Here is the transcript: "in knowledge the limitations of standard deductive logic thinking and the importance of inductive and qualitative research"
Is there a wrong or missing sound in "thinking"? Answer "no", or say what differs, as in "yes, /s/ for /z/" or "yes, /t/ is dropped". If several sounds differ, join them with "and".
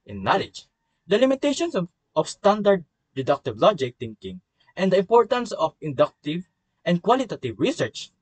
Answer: yes, /t/ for /θ/